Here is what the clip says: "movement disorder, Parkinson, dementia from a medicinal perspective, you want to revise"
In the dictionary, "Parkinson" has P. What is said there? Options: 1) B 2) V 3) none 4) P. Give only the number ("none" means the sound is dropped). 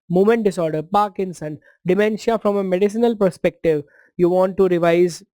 4